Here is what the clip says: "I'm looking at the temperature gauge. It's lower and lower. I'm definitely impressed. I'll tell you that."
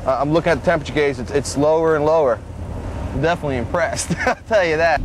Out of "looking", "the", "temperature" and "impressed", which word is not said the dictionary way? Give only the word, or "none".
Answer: temperature